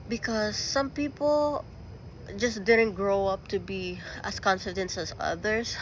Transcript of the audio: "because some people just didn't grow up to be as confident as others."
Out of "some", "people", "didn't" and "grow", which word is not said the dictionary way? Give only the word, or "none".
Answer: none